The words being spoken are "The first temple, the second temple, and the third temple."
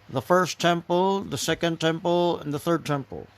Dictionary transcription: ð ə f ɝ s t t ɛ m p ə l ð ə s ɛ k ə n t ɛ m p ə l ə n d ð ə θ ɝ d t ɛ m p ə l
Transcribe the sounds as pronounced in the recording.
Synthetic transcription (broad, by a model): ð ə f ɝ s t t ɛ m p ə l ð ə s ɛ k ə n t ɛ m p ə l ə n ð ə θ ɝ d t ɛ m p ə l